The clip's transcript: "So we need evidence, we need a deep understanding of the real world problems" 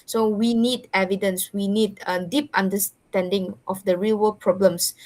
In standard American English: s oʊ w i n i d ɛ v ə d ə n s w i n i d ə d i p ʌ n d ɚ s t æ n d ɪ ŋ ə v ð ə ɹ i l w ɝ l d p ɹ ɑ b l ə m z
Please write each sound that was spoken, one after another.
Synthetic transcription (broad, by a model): s oʊ w i n i d ɛ v ə d ə n s w i n i d ə d i p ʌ n d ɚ s t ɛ n d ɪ ŋ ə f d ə ɹ i l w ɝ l p ɹ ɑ b l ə m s